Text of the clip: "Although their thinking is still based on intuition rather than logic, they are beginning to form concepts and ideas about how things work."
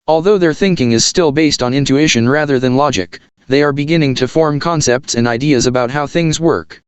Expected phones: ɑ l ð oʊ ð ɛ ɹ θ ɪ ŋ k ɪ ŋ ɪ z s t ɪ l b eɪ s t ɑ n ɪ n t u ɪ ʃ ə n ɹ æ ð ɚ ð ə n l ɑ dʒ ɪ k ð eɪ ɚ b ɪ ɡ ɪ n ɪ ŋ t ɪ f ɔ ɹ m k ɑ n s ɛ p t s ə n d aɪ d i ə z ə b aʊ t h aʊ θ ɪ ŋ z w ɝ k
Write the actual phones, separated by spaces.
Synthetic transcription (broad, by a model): ɑ l ð oʊ ð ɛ ɹ θ ɪ ŋ k ɪ ŋ ɪ z s t ɪ l b eɪ s t n ɪ n t u ɪ ʃ ə n ɹ æ ð ɚ ð ə n l ɑ dʒ ɪ k ð eɪ ɚ b ɪ ɡ ɪ n ɪ ŋ t ɪ f ɔ ɹ m k ɑ n s ɛ p t s ə n d aɪ d i ə z ə b aʊ t h aʊ θ ɪ ŋ z w ɝ k